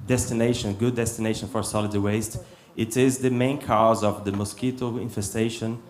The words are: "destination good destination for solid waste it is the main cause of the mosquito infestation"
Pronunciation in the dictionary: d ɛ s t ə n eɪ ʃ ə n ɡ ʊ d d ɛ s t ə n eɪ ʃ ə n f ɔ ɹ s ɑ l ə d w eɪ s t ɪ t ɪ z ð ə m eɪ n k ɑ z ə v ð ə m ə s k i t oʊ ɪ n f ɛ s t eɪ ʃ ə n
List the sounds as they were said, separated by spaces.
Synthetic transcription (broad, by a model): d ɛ s t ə n eɪ ʃ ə n ɡ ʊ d d ɛ s t ə n eɪ ʃ ə n f ɔ ɹ s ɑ l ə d w eɪ s t ɪ t ɪ z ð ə m eɪ n k ɑ z ə v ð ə m ə s k i t oʊ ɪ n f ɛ s t eɪ ʃ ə n